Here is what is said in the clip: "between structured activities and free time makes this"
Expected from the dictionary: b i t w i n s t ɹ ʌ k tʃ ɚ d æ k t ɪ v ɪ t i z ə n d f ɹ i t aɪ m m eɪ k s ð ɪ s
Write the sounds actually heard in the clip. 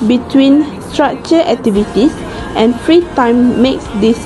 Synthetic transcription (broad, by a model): b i t w i n s t ɹ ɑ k tʃ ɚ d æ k t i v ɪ t i s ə n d f ɹ i t aɪ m m eɪ k s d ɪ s